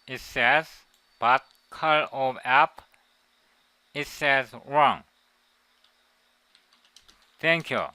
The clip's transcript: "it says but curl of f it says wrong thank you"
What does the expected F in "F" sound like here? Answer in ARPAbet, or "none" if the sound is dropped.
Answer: P